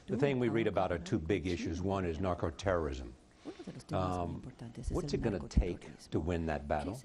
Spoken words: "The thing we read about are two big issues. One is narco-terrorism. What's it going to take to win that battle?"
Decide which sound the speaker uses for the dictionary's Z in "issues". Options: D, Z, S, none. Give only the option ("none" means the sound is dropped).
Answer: Z